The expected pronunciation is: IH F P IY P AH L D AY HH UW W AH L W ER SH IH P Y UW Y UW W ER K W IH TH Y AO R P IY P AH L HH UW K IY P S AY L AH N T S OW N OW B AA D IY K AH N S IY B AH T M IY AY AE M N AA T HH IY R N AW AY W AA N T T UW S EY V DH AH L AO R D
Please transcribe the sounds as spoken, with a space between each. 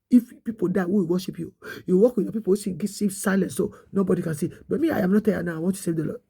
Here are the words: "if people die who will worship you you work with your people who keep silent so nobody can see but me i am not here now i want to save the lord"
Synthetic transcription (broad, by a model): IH F P IY P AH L D AY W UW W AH W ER SH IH P Y UW Y UW W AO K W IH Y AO P IY P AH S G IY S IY F S AY L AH N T S OW N OW B AA D IY K AH N S IY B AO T M IY AY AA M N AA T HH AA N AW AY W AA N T T UW S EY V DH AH L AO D